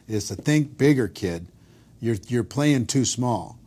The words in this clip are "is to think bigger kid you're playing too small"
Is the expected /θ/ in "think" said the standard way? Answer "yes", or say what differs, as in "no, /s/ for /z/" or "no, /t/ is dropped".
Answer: yes